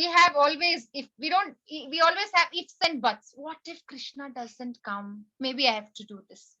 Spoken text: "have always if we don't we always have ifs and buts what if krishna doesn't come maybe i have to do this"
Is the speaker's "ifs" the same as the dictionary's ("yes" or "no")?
yes